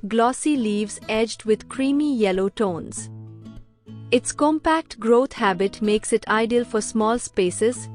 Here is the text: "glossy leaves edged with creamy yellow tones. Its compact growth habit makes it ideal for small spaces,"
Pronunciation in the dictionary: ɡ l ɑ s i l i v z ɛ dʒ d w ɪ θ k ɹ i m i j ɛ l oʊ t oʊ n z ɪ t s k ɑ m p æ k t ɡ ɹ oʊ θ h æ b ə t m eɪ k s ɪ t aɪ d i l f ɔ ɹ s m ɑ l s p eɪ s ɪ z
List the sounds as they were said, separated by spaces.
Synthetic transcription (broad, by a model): ɡ l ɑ s i l i v z ɛ dʒ d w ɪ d k ɹ i m i j ɛ l oʊ t oʊ n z ɪ t s k ɑ m p æ k t ɡ ɹ oʊ t h æ b ə t m eɪ k s ɪ t aɪ d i l f ɔ ɹ s m ɑ l s p eɪ s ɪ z